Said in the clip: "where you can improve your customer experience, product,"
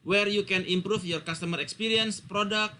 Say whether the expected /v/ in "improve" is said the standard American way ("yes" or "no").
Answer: no